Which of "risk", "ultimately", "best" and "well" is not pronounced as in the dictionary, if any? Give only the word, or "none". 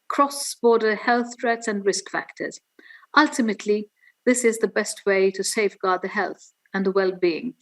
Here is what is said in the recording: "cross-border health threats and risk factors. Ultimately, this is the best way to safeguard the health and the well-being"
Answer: none